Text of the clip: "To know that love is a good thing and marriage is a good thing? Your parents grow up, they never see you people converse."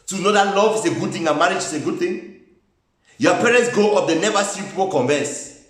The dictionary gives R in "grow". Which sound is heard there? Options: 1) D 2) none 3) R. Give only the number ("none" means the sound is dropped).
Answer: 2